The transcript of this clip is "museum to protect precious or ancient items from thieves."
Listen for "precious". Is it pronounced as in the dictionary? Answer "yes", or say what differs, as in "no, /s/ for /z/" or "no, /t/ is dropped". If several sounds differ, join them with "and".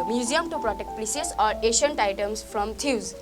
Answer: no, /s/ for /ʃ/